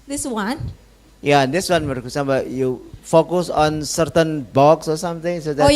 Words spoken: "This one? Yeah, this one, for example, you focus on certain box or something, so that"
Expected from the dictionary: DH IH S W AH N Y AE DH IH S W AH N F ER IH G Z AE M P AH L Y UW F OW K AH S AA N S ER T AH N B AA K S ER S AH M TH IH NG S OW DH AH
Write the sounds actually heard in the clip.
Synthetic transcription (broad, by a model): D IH S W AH N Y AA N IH S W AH N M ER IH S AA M AH Y UW F OW K AH S AA N S ER T AH N B AA K S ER S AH M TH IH NG S OW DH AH